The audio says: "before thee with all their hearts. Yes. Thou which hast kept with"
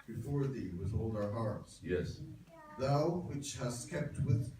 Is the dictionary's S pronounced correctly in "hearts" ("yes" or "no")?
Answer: yes